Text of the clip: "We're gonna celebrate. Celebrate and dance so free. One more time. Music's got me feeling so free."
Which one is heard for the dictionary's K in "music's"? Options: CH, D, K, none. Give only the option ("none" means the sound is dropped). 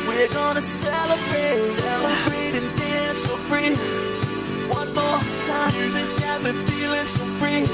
none